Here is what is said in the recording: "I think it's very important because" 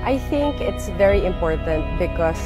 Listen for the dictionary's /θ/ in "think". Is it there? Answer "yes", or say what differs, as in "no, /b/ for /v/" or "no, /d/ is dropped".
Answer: yes